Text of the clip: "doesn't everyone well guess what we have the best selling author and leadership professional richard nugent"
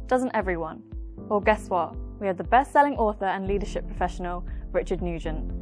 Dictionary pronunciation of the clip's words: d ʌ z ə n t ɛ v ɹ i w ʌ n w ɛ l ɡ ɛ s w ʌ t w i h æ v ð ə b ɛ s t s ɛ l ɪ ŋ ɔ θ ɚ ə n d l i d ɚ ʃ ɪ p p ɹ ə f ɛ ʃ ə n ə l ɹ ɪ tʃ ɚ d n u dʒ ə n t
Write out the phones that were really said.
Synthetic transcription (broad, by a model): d ʌ z ə n t ɛ v ɹ i w ʌ n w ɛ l ɡ ɛ s w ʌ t w i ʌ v ð ə b ɛ s t s ɛ l ɪ ŋ ɔ θ ɚ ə n l i d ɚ ʃ ɪ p p ɹ ə f ɛ ʃ ə n ə l ɹ ɪ tʃ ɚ d n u dʒ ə n